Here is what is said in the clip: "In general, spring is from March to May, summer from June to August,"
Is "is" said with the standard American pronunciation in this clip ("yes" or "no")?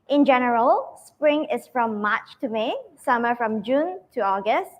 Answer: no